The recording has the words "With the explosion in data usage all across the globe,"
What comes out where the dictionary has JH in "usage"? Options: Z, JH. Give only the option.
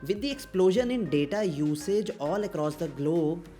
JH